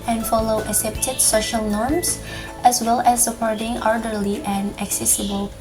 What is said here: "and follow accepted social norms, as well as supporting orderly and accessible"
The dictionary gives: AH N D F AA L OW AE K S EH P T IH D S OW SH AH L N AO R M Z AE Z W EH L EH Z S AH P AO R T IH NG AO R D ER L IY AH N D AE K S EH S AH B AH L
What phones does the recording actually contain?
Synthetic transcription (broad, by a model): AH N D F AA L OW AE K S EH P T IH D S OW SH AH L N AO R M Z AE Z W EH L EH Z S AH P AO R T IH NG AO R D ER L IY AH N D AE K S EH S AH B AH L